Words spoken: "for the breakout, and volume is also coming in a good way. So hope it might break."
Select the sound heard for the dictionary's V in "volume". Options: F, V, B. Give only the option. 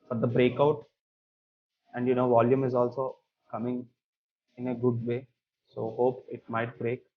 V